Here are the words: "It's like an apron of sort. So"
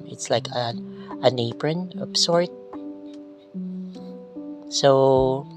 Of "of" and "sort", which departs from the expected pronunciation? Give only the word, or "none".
of